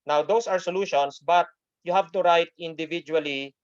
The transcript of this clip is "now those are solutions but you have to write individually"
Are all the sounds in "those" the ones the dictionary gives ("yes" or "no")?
no